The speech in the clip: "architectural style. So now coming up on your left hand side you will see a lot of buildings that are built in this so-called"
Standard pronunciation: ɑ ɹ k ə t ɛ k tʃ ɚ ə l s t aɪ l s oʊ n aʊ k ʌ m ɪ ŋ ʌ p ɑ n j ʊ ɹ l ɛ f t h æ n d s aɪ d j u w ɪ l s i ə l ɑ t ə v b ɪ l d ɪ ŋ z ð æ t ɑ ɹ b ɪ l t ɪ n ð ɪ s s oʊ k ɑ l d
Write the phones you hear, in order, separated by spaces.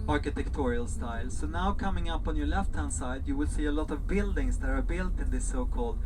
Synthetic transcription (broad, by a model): ɑ ɹ k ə t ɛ k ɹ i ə l s t aɪ l s oʊ n aʊ k ʌ m ɪ ŋ ʌ p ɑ n j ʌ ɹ l ɛ f t h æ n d s aɪ d j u w ɪ l s i ə l ɑ t ə v b ɪ l d ɪ ŋ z ð æ t ɑ ɹ b ɪ l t ɪ n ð ɪ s s oʊ k ɑ l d